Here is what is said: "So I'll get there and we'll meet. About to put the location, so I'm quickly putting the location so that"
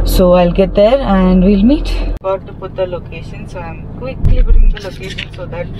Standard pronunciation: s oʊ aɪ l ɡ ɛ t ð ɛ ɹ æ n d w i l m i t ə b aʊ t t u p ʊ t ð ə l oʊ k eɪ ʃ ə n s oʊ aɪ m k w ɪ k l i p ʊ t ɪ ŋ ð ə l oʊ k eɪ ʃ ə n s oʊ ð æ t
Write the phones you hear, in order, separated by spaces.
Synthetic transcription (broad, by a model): s oʊ aɪ l ɡ ɛ t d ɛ ɹ æ n d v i l m i t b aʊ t t u p ʊ t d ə l oʊ k eɪ ʃ ə n s oʊ aɪ m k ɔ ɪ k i b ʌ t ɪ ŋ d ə l oʊ k eɪ ʃ ə n s oʊ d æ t